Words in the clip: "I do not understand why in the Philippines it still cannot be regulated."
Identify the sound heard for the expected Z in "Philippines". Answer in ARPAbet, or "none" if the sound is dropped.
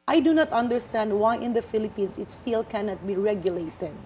S